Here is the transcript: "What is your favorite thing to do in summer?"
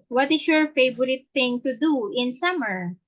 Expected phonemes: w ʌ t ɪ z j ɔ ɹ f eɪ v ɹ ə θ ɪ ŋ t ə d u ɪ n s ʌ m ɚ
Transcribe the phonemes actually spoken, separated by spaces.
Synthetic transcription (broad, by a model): w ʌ t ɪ s j ɔ ɹ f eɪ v ɹ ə t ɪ ŋ t ə d u ɪ n s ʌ m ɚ